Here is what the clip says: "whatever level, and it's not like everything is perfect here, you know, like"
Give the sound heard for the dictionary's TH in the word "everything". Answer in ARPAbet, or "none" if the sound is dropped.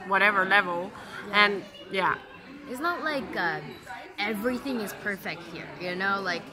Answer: TH